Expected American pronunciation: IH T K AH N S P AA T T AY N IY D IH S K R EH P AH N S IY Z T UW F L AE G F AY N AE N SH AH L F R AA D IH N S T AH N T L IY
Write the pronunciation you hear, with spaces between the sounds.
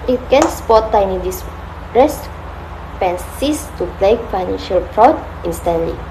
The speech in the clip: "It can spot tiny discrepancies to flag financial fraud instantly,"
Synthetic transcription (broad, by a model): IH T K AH N S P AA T T AY N IY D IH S R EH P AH N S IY S T UW P L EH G F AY N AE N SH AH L P R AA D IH N S T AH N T L IY